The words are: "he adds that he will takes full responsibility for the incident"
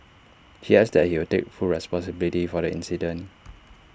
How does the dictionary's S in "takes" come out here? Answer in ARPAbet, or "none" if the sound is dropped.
none